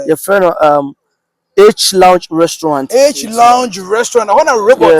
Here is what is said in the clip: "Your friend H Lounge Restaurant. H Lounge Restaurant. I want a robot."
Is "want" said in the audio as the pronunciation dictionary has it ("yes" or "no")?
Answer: no